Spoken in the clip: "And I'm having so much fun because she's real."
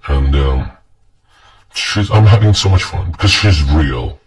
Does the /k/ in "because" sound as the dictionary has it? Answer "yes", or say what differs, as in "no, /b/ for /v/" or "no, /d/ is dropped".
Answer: yes